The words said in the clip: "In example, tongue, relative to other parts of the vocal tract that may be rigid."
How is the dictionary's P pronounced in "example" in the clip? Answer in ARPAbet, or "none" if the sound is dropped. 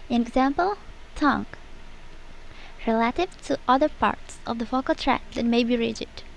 P